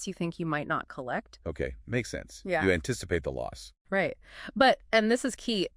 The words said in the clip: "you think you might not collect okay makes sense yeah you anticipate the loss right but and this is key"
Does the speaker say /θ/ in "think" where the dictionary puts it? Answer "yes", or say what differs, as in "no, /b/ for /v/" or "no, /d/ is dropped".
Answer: yes